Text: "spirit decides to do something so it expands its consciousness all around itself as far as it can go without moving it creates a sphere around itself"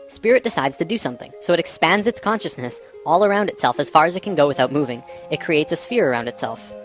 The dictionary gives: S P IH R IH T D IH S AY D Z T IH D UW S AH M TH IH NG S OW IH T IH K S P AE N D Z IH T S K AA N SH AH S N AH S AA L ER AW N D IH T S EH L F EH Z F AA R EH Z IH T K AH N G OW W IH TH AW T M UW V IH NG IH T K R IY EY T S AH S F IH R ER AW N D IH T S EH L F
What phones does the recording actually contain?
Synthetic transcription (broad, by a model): S P IH R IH T D IH S AY D Z T IH D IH S AH M TH IH NG S OW IH T IH K S P AE N D Z IH T S K AA N SH AH S N AH S AA L ER AW N D IH T S EH L F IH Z F AA R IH Z IH T K AH N G OW W IH TH AW T M UW V IH NG IH T K R IY EY T S AH S F IH R ER AW N D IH T S EH L F